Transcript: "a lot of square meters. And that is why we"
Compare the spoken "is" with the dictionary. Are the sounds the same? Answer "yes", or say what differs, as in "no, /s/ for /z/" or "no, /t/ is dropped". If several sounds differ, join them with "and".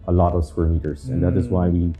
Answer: yes